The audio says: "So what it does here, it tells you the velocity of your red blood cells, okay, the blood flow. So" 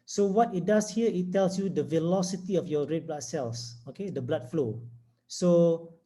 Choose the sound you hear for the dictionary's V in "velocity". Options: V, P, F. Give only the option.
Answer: V